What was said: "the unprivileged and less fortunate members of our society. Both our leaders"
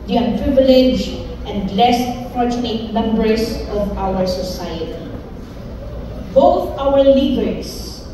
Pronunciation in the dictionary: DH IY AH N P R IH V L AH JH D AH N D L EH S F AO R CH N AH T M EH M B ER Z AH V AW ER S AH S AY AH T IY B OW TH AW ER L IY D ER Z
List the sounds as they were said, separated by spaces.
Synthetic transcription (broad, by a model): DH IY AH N P R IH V L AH JH AH N D L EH S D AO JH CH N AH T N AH M B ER S AH V AW ER S AH S AY AH T IY B OW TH AW ER L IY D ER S